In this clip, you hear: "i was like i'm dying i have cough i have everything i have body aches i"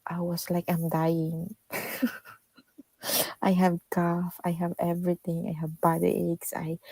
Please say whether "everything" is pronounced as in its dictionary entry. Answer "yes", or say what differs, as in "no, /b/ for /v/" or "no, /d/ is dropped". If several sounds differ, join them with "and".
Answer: no, /t/ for /θ/